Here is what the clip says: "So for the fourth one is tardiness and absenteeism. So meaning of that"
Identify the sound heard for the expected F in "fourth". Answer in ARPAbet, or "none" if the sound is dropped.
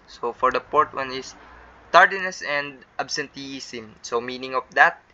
P